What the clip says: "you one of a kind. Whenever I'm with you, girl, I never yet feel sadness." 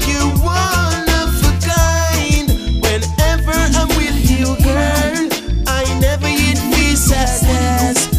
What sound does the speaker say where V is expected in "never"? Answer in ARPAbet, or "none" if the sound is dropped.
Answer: V